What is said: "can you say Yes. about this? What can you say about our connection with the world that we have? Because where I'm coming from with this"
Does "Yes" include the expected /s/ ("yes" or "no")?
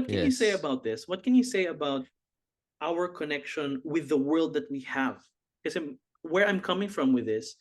no